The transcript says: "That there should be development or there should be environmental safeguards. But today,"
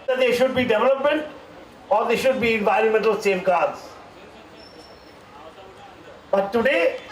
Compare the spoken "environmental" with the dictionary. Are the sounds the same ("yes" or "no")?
yes